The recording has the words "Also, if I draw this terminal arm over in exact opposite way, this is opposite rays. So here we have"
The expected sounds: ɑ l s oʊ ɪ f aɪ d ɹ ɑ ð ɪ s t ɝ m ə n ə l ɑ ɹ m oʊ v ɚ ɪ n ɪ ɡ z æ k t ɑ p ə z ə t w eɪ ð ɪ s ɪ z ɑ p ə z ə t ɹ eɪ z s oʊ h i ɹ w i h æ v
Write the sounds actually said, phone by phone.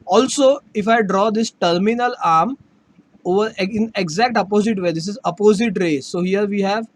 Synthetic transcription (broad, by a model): ɑ l s oʊ ɪ f aɪ d ɹ ɑ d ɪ s t ɝ m ə n ə l ɑ ɹ m oʊ v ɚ ɪ n ɪ ɡ z æ k t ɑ p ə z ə t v eɪ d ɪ s ɪ z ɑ p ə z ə t ɹ eɪ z s oʊ h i ɹ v i h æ v